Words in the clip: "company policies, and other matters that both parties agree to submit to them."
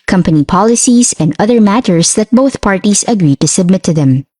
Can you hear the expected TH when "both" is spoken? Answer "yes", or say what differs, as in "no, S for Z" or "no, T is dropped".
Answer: yes